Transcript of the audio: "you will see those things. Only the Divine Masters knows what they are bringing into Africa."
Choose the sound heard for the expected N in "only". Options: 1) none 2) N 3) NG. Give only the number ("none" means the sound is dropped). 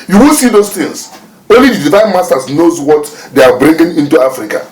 2